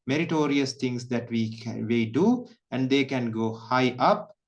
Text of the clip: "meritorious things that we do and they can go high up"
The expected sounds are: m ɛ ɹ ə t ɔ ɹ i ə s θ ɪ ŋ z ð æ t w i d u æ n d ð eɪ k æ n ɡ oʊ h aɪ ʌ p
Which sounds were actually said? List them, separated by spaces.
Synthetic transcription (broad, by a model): m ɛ ɹ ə t ɔ ɹ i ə s t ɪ ŋ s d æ t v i d u æ n d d eɪ k æ n ɡ oʊ h aɪ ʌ p